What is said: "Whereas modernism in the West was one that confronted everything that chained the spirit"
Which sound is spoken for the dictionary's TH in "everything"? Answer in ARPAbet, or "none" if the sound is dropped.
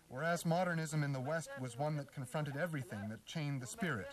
TH